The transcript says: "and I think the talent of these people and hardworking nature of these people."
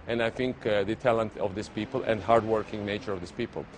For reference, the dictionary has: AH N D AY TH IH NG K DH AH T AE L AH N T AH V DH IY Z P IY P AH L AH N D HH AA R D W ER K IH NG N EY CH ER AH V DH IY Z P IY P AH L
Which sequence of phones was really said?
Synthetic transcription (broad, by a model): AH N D AY TH IH NG K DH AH T AE L AH N T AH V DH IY S P IY P AH L AH N D HH AA R D W ER K IH NG N EY CH ER AH V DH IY S P IY P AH L